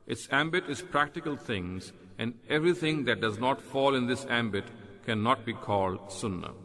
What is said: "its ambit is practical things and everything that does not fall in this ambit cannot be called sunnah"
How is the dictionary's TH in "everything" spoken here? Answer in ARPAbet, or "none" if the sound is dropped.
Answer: T